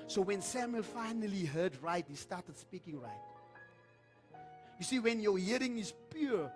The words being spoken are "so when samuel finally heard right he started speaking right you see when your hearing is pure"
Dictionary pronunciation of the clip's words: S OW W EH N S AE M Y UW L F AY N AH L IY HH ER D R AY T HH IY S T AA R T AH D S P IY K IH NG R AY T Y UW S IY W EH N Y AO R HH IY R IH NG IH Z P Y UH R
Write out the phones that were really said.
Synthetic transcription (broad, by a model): S OW W EH N S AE M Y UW L F AY N AH L IY HH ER D R AY T HH IY S T AA T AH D S P IY K IH NG R AY T Y UW S IY W EH N Y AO HH IY R IH NG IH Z P Y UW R